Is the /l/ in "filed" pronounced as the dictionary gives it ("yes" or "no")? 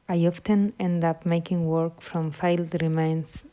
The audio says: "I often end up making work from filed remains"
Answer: yes